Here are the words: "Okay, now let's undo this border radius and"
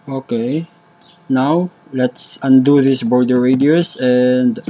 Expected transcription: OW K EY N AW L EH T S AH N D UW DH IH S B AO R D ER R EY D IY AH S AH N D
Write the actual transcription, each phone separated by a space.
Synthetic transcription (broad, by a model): OW K EY N AW L EH T S AH N D UW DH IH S B AO R D ER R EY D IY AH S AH N D